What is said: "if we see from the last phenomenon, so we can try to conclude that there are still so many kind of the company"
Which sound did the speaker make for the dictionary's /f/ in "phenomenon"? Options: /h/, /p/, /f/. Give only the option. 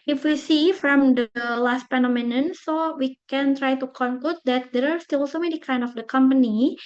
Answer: /p/